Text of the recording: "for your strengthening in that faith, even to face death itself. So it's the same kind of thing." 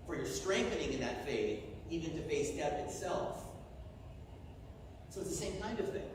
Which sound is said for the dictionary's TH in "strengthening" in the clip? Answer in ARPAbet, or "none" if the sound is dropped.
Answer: TH